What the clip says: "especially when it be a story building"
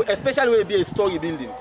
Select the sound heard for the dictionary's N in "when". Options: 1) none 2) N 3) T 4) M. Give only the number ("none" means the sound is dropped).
1